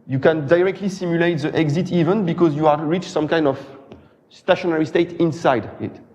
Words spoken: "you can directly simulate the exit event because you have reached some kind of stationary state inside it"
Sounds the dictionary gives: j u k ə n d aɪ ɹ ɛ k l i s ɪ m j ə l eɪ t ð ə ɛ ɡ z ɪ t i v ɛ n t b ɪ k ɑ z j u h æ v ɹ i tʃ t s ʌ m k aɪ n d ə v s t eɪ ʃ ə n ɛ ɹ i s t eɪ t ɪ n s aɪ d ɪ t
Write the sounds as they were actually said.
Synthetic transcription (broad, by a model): j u k ə n d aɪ ɹ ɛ k l i s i m j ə l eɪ t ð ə ɛ ɡ z ɪ t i v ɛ n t b ɪ k ɑ z j u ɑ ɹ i tʃ s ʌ m k aɪ n d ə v s t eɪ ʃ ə n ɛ ɹ i s t eɪ t ɪ n s aɪ d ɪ t